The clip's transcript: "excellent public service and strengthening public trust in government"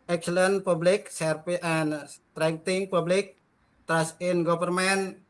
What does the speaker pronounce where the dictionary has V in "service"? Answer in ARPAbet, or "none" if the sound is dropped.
P